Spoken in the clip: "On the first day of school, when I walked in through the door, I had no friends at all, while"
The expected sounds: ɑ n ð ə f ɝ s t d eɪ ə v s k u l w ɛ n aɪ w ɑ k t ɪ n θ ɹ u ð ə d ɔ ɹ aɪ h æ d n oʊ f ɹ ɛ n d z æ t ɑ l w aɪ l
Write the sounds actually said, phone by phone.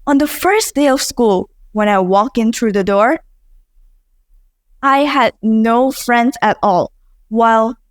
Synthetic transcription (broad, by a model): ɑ n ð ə f ɝ s d eɪ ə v s k u l w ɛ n aɪ w ɑ k ɪ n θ ɹ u ð ə d ɔ ɹ aɪ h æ d n oʊ f ɹ ɛ n d z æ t ɑ l w aɪ l